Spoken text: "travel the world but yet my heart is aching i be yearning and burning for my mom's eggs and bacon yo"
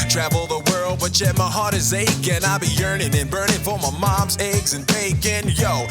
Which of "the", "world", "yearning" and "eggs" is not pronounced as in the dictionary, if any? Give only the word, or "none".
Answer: none